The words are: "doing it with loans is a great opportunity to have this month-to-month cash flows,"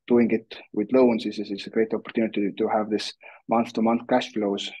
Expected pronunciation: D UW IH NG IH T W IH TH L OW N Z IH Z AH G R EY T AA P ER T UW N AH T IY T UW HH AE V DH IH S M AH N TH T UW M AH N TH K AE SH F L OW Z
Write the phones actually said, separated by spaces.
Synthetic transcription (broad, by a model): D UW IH NG IH T W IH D L OW N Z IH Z AH G R EY T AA P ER T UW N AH T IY T UW HH AE V DH IH S M AH N TH T UW M AH N TH K AE SH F L OW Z